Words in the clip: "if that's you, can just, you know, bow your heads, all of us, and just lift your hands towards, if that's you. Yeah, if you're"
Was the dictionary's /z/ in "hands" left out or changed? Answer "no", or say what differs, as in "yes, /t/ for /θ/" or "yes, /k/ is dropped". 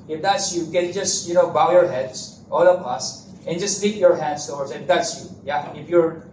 yes, /s/ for /z/